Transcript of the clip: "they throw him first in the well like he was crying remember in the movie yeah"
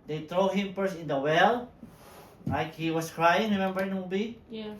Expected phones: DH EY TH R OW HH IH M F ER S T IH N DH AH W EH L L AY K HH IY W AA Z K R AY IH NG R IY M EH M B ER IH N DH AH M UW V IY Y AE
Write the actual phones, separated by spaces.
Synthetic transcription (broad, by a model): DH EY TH R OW HH IH M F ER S IH N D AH W EH L L AY K HH IY W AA S K R AY IH NG R IY M EH M B ER IH N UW B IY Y